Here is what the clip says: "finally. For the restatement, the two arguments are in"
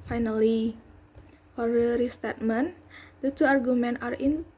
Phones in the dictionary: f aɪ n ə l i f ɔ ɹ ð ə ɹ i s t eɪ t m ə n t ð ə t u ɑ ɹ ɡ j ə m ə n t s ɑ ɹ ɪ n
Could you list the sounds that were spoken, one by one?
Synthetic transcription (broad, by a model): f aɪ n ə l i f ɔ ɹ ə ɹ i s t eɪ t m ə n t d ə t u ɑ ɹ ɡ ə m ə n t ɑ ɹ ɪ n